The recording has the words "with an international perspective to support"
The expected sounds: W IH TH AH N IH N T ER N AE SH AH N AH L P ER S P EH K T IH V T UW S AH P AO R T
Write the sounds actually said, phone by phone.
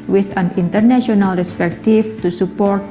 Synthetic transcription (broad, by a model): W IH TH AH N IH N T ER N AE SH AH N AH L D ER S P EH K T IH F T UW S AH P AO R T